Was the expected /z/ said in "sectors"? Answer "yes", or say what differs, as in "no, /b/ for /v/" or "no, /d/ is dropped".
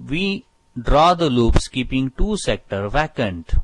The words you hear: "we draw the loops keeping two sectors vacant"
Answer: no, /z/ is dropped